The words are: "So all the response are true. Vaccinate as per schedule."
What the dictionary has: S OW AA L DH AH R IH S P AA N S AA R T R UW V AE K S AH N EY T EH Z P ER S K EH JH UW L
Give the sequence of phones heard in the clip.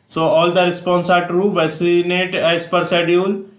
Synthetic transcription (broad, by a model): S OW AA L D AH R IH S P AA N S AA R T R UW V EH S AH N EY T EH S P ER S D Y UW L